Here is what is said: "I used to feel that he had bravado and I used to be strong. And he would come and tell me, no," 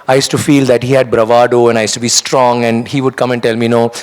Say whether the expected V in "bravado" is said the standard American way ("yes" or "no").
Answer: yes